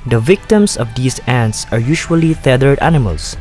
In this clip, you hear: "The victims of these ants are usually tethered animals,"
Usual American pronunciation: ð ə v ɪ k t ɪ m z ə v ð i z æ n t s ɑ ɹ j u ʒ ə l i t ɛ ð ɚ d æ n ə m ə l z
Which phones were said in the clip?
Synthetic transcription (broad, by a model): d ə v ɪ k t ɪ m s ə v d i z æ n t s ɑ ɹ j u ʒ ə l i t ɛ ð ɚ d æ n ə m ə l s